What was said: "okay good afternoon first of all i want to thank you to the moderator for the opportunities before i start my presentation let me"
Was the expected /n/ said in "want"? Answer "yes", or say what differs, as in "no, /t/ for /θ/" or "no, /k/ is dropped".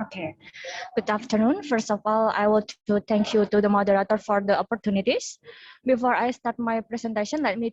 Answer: no, /l/ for /n/